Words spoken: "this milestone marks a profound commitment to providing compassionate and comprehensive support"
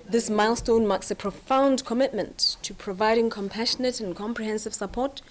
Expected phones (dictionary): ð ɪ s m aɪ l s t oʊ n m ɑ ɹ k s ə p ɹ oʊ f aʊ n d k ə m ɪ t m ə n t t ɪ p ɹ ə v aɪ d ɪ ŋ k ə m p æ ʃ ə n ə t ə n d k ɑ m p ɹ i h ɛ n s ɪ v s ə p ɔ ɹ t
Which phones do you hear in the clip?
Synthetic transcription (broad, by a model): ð ɪ s m aɪ l s t oʊ n m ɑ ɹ k s ə p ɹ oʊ f aʊ n d k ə m ɪ t m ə n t t ɪ p ɹ ə v aɪ d ɪ ŋ k ə m p æ ʃ ə n ə t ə n k ɑ m p ɹ i h ɛ n s ɪ v s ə p ɔ ɹ t